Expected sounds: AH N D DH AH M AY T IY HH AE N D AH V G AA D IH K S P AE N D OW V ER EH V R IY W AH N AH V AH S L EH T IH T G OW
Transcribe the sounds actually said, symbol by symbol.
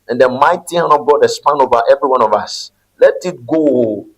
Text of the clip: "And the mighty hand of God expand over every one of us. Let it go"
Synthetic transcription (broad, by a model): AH N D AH M AY T IY HH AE N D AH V G AA D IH S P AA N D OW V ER EH V R IY W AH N AH V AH S L EH T IH T G OW